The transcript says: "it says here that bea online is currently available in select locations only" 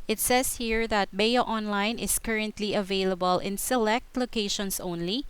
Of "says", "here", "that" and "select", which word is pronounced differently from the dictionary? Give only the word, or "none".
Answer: says